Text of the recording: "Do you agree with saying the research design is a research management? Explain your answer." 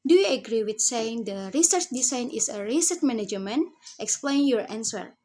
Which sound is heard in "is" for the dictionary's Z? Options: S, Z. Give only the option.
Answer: S